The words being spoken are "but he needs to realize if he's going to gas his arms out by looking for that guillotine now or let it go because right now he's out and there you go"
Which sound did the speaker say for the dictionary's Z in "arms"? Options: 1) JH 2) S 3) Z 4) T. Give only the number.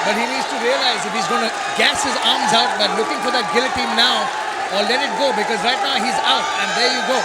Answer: 3